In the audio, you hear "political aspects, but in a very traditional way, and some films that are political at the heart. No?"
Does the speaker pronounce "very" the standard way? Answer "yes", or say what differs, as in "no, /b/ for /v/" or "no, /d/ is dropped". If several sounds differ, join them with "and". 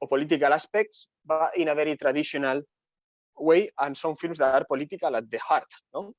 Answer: no, /b/ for /v/